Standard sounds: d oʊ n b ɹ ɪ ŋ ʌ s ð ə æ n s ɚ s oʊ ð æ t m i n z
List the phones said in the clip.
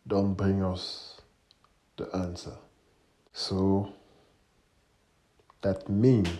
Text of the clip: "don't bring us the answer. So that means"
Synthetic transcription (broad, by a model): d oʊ n b ɹ ɪ ŋ ʌ s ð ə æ n s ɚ s oʊ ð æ t m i n